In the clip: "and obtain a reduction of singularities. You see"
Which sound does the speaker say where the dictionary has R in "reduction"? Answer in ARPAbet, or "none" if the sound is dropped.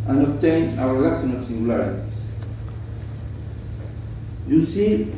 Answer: W